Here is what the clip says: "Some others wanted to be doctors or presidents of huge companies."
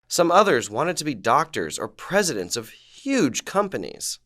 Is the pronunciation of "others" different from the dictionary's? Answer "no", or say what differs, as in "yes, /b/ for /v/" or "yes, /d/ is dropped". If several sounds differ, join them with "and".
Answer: no